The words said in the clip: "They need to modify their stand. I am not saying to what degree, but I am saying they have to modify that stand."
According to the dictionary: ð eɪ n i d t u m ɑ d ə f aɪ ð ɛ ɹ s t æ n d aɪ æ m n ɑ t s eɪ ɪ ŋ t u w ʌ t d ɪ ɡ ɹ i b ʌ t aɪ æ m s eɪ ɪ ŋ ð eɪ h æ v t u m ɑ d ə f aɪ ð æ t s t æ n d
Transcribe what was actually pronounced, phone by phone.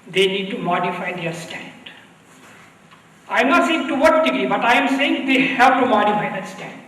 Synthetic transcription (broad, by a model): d eɪ n i d t u m ɑ d ə f aɪ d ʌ ɹ s t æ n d aɪ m n ɑ t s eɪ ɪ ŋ t u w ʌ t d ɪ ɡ i b ʌ t aɪ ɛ m s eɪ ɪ ŋ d eɪ h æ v t u m ɑ d ə f aɪ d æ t s t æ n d